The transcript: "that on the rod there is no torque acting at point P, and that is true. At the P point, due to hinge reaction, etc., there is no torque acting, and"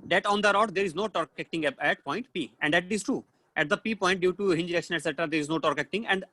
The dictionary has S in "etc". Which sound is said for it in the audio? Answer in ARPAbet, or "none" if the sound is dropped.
S